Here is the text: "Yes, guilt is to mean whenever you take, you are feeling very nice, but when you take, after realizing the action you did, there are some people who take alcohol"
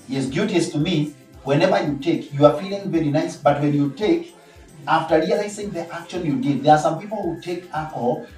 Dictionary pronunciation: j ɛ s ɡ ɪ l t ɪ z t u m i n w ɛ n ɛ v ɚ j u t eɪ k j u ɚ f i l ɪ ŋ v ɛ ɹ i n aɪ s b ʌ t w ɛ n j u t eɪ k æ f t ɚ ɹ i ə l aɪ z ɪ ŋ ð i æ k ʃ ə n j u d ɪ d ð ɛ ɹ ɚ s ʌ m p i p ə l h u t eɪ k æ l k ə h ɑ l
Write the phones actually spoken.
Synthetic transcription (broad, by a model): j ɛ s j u t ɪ s t u m i w ɛ n ɛ v ɚ j u t eɪ k j u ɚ f i l ɪ ŋ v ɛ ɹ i n aɪ s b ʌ t w ɛ n j u t eɪ k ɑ f t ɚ ɹ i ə l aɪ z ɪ ŋ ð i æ k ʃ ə n j u d ɪ d ð ɛ ɹ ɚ s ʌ m p i p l h u t eɪ k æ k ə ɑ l